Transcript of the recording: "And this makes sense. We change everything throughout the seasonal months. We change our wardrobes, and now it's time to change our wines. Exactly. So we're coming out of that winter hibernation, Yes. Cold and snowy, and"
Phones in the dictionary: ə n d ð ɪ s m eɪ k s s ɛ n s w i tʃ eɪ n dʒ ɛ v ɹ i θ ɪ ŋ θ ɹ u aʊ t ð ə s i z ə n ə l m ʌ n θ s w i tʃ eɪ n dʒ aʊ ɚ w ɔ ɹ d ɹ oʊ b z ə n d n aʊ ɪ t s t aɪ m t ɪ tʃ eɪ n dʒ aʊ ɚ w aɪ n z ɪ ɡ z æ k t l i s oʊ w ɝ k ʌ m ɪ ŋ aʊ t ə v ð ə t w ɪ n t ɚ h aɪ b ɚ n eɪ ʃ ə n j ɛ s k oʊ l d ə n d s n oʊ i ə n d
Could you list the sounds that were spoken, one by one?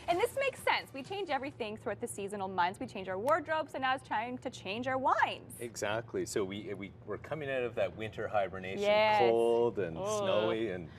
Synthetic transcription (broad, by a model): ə n ð ɪ s m eɪ k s s ɛ n s w i tʃ eɪ n dʒ ɛ v ɹ i θ ɪ ŋ θ ɹ u aʊ t ð ə s i z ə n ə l m ʌ n θ s w i tʃ eɪ n dʒ aʊ ɚ w ɔ ɹ d ɹ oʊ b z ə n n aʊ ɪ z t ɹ aɪ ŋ t ɪ tʃ eɪ n dʒ aʊ ɚ w aɪ n z ɪ ɡ z æ k t l i s oʊ w ɝ k ʌ m ɪ ŋ aʊ t ə v ð ə t w ɪ n t ɚ h aɪ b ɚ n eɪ ə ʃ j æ k oʊ l d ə n s n oʊ i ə n